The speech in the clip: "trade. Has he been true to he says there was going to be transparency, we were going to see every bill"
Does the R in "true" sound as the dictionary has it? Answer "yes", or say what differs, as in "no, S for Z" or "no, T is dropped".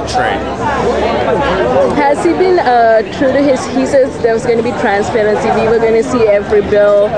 yes